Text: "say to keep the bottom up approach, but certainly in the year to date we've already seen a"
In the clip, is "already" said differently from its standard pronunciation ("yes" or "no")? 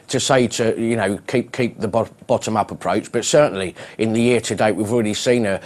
no